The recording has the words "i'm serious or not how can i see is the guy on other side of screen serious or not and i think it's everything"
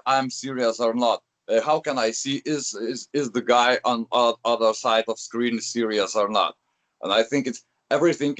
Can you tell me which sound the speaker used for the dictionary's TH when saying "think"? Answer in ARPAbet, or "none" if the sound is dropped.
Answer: TH